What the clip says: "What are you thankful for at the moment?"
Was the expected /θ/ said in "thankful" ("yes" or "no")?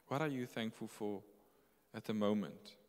yes